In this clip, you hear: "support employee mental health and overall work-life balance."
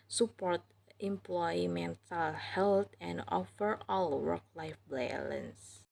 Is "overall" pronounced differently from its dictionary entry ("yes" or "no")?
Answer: yes